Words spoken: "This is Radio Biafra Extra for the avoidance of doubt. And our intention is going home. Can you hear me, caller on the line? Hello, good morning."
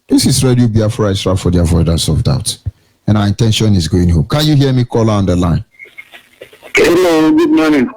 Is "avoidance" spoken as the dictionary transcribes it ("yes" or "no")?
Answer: no